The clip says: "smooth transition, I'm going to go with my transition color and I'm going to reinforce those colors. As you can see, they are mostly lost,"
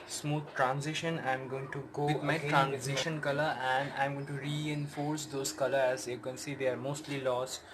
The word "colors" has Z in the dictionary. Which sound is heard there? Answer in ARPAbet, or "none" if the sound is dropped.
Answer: none